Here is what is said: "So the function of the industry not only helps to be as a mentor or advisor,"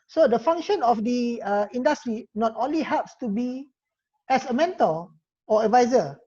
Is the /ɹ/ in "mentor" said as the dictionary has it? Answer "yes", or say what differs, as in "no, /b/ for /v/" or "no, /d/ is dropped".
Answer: no, /l/ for /ɹ/